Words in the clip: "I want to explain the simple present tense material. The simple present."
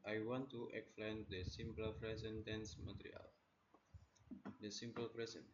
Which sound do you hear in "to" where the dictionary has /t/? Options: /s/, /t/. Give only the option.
/t/